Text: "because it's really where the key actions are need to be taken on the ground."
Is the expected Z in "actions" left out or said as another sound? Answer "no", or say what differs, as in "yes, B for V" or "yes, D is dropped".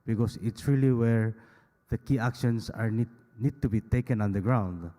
yes, S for Z